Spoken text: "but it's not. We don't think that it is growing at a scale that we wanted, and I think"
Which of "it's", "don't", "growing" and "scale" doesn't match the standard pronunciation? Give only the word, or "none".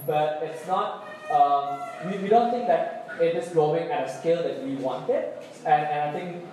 growing